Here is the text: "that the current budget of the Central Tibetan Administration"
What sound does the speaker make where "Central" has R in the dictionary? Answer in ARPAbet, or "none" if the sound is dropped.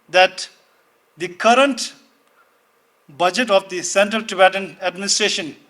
R